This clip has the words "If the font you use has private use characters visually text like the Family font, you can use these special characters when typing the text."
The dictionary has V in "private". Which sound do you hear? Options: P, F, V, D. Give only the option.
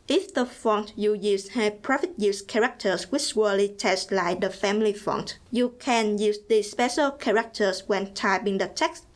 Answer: F